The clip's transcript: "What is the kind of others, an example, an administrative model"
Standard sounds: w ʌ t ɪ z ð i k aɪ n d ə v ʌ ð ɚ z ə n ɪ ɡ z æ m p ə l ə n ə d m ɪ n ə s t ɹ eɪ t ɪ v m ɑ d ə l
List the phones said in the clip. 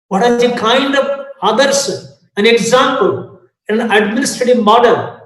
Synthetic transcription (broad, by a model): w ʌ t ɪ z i k aɪ n d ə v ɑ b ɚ s ə n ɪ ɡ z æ m p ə l ə n ə d m ɪ n ə s t ɹ eɪ t ɪ v m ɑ d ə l